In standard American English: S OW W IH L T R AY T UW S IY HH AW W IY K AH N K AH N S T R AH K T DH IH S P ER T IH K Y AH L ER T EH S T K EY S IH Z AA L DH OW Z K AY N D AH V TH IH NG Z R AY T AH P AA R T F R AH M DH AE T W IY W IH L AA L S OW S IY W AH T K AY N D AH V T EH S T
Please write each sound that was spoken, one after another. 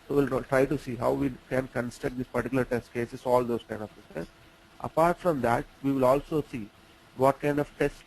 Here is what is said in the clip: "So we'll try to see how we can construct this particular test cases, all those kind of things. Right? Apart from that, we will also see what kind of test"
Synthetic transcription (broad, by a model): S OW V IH L T R AY T UW S IY HH AW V IY K AH N K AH N S T AH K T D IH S P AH T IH K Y L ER T EH S T K EY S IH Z AA L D OW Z K AY N D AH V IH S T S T T AH P AA R T F R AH M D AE T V IY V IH L AA L S OW S IY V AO T K AY N D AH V T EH S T